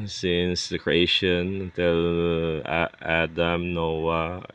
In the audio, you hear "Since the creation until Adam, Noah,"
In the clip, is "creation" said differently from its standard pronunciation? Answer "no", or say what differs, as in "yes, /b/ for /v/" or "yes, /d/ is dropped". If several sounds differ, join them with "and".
yes, /ʃ/ is dropped